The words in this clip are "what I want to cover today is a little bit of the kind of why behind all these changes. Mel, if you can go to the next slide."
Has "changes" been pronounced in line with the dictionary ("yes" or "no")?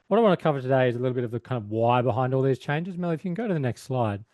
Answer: yes